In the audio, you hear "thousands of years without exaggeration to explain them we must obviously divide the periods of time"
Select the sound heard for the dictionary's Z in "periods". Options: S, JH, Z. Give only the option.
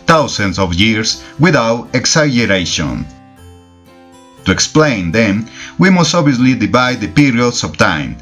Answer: S